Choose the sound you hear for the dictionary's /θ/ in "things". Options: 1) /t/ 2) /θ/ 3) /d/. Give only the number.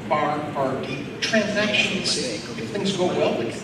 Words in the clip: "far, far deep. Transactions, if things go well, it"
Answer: 2